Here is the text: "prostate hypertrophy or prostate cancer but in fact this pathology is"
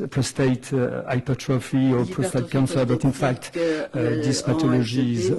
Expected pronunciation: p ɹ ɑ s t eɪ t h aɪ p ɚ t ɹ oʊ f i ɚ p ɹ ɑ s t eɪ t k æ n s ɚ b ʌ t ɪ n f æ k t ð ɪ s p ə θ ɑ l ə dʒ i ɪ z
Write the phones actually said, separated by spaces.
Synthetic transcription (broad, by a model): p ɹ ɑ s t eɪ t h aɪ p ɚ t ɹ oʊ f i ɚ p ɹ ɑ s t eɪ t k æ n s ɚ b ʌ t ɪ n f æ k t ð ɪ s p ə t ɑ l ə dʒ i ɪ z